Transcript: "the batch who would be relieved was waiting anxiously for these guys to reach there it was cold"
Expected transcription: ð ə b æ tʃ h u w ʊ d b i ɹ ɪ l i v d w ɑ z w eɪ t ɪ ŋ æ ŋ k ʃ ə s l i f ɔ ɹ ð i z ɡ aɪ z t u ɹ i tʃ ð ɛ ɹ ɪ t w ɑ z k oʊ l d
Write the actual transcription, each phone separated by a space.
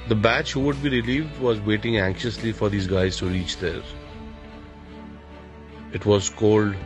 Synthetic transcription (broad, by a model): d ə b æ tʃ h u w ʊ d b i ɹ ɪ l i v d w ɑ z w eɪ t ɪ ŋ æ ŋ k ʃ ə s l i f ɔ ɹ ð i z ɡ aɪ z t u ɹ i tʃ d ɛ ɹ ɪ t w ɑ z k oʊ l d